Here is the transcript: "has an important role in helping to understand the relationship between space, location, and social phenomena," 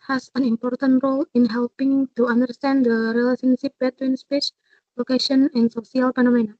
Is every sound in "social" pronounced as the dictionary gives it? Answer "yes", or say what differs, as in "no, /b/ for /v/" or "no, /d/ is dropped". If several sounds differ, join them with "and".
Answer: no, /s/ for /ʃ/